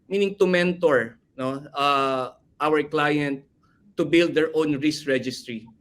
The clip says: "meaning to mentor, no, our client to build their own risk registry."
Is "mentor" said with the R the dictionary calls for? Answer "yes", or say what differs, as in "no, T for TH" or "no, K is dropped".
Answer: yes